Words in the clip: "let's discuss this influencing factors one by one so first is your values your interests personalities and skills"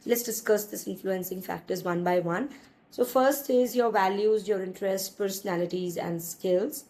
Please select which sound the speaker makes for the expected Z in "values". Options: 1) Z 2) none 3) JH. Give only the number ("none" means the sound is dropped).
1